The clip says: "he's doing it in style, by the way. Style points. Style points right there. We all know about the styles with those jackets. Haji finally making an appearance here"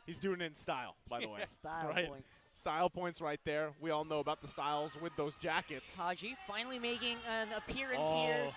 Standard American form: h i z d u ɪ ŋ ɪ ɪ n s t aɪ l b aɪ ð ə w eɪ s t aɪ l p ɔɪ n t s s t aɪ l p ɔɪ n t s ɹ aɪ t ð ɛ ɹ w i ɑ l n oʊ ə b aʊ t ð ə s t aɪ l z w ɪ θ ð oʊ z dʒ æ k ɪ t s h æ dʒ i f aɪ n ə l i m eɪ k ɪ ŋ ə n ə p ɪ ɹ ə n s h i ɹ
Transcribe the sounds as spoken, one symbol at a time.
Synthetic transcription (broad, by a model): h i z d u ɪ ŋ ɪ ɪ n s t aɪ l b aɪ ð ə w eɪ s t aɪ l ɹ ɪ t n s s t aɪ l p ɔɪ n t s ɹ aɪ t ð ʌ ɹ w i ɑ l n oʊ ə b aʊ t ð ə s t aɪ l z w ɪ ð oʊ z dʒ æ k ɪ t s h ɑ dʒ i f aɪ n l i m eɪ k ɪ ŋ ə n ə p ɪ ɹ ə n s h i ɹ